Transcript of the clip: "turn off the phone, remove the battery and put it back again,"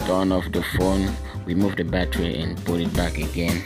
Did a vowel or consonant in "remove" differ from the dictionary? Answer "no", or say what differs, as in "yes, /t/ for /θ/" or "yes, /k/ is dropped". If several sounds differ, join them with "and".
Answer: yes, /w/ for /ɹ/